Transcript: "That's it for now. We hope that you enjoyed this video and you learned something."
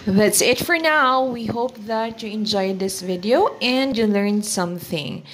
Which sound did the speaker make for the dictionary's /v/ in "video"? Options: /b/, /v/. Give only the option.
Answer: /v/